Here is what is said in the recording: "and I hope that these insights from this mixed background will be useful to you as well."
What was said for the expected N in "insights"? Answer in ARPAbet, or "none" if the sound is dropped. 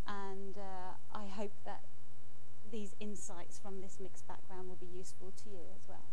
N